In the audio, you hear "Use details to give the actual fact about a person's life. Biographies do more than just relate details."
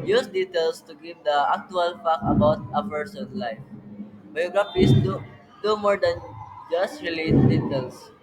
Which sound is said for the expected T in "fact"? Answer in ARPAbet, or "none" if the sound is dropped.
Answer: none